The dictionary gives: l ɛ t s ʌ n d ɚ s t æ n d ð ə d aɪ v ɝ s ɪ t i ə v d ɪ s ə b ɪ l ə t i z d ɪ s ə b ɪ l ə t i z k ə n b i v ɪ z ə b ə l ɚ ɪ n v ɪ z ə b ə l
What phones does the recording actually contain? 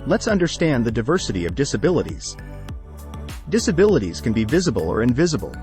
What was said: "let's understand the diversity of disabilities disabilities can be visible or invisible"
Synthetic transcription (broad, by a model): l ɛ t s ʌ n d ɚ s t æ n ð ə d aɪ v ɝ s ɪ t i ə v d ɪ s ə b ɪ l ə t i z d ɪ s ə b ɪ l ə t i z k ə n b i v ɪ z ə b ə l ɚ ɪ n v ɪ z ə b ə l